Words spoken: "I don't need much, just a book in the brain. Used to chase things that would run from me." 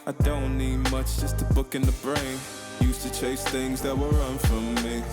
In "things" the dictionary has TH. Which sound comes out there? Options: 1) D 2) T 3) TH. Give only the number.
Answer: 3